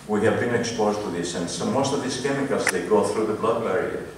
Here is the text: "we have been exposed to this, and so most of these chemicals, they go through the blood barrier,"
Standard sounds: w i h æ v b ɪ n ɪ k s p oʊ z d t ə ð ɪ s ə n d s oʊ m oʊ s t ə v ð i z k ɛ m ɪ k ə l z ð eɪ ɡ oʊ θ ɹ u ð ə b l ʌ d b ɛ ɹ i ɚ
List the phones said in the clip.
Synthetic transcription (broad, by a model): w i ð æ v b ɪ n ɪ k s p oʊ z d t ə ð ɪ s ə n s oʊ m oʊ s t ə v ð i s k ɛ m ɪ k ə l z ð eɪ ɡ oʊ θ ɹ u ð ə b l ʌ d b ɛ ɹ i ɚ